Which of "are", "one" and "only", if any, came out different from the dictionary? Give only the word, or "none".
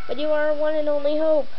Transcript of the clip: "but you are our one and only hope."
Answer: none